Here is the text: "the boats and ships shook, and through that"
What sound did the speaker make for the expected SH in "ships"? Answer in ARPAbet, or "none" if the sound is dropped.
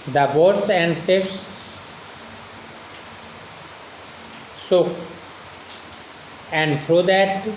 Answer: S